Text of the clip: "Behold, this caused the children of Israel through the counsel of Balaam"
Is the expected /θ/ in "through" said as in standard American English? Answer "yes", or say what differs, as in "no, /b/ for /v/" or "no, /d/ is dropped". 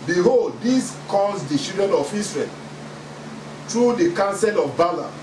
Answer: no, /t/ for /θ/